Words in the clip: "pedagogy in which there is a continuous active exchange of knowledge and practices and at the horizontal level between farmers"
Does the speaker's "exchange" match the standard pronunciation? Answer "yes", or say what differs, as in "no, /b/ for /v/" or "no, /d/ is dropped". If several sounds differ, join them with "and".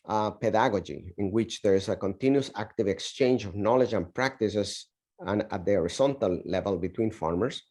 yes